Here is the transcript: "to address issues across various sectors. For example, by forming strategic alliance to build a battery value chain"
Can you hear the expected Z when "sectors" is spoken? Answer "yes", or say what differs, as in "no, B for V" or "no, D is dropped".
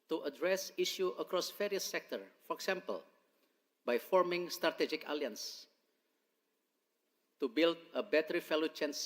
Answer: no, Z is dropped